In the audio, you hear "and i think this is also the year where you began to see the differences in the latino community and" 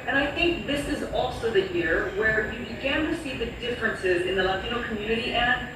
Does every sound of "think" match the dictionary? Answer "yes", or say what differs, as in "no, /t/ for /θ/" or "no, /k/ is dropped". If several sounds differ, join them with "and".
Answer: yes